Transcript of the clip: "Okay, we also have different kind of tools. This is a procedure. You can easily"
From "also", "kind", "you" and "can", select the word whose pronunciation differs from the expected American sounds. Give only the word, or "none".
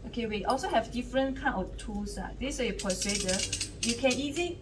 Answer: kind